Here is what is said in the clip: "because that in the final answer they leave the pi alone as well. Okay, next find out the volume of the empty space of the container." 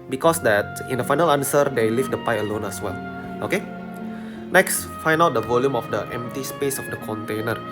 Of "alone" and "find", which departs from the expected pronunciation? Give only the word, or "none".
find